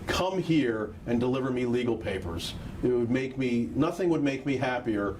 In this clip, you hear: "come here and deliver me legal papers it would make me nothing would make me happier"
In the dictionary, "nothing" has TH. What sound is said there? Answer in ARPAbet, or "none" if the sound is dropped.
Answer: TH